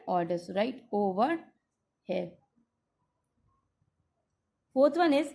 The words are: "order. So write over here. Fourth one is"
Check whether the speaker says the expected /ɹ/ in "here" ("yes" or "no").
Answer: no